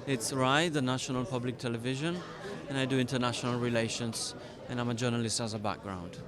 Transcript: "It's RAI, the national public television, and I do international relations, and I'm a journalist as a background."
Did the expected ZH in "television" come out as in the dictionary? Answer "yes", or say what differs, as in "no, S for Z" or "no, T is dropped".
yes